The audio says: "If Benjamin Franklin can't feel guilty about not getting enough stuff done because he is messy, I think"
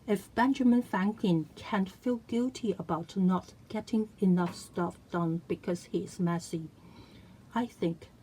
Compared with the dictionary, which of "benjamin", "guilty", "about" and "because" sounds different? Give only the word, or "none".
none